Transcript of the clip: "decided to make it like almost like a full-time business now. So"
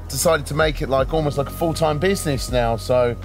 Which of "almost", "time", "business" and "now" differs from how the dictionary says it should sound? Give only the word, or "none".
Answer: none